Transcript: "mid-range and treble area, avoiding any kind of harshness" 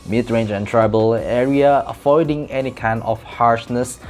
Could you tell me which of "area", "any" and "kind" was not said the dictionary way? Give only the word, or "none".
kind